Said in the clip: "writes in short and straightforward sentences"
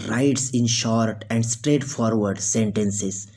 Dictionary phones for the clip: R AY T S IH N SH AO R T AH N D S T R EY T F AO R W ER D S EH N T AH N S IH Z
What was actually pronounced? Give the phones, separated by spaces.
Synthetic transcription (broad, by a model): R AY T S IH N SH AO R T AH N D S T R EY T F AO R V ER D S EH N T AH N S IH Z